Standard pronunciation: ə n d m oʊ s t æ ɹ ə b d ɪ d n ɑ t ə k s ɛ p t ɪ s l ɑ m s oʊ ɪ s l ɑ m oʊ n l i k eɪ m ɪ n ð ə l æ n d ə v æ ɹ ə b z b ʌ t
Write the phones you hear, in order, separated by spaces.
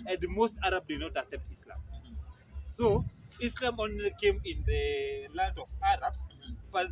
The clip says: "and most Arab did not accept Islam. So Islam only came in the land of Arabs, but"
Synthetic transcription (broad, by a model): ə n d m oʊ s t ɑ ɹ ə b d ɪ d n ɑ t ə k s ɛ p t ɪ s l ɑ m s oʊ ɪ s l ɑ m oʊ n l i k eɪ m ɪ n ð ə l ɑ n d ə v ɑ ɹ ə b s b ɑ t